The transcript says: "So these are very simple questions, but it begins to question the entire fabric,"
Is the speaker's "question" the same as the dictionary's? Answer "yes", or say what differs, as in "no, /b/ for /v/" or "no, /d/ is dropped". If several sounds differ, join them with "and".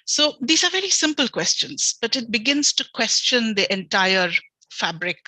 yes